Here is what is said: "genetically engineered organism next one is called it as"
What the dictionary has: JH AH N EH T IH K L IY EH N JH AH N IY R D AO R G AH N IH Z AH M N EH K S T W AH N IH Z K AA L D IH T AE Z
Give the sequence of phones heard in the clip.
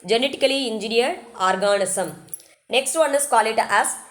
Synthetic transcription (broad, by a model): JH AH N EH T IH K L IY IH N JH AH N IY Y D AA R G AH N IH S AH M N EH K S T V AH N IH S K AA L IH T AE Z